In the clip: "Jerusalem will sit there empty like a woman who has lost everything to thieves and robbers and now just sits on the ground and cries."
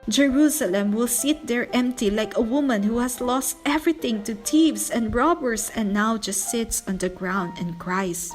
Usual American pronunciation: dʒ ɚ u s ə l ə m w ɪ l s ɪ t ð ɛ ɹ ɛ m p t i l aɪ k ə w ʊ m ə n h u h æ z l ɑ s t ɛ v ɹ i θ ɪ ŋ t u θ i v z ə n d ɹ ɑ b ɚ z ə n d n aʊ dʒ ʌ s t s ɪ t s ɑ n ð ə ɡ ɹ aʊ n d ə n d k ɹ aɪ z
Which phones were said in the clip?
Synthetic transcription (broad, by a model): dʒ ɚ u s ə l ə m w ɪ l s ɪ t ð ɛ ɹ ɛ m p t i l aɪ k ə w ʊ m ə n h u h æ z l ɑ s t ɛ v ɹ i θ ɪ ŋ t u t i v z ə n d ɹ ɑ b ɚ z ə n n aʊ dʒ ʌ s t s ɪ t s ɑ n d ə ɡ ɹ aʊ n d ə n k ɹ aɪ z